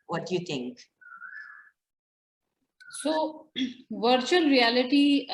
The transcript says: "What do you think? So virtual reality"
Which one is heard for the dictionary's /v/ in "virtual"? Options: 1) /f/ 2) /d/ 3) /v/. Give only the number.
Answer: 3